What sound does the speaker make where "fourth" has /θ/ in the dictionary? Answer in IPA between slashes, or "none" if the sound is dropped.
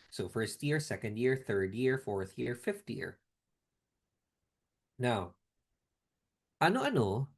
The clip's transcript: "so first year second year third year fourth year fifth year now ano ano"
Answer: /θ/